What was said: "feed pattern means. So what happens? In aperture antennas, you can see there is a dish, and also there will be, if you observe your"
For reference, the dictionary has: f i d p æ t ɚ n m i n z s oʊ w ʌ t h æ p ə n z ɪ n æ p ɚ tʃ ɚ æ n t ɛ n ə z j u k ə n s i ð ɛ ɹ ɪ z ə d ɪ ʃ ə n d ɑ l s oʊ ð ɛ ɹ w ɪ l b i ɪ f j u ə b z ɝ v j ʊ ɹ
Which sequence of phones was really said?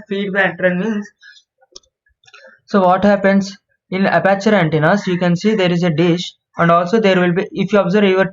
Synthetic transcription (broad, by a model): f i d b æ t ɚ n m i n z s oʊ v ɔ t h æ p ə n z ɪ n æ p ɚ tʃ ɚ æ n t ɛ n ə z j u k ə n s i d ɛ ɹ ɪ z ə d ɪ ʃ ə n d ɑ l s oʊ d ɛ ɹ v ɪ l b i ɪ f j u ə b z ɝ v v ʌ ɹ